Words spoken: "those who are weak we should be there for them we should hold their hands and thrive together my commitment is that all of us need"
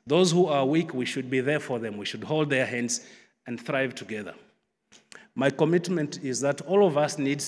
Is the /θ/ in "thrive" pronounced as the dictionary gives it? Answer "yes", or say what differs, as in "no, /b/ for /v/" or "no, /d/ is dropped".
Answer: yes